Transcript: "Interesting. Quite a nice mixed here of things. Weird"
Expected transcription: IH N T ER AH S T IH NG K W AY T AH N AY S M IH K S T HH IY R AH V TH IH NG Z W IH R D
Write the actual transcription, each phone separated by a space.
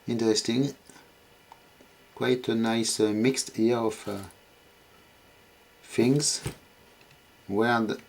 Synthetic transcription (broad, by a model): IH N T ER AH S T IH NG K W AY T AH N AY S M IH K S T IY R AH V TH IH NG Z W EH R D